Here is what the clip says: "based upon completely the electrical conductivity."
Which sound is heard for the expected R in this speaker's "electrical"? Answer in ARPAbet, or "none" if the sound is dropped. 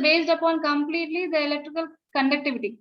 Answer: R